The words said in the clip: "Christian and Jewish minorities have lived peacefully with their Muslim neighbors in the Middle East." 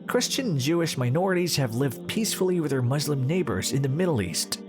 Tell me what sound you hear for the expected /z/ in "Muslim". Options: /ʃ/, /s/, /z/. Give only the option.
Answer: /z/